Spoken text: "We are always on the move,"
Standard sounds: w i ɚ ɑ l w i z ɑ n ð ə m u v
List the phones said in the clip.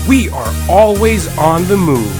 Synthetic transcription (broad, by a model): w i ɚ ɑ l w i z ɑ n ð ə m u